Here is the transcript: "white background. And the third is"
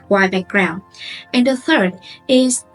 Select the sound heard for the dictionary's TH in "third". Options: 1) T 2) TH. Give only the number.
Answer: 2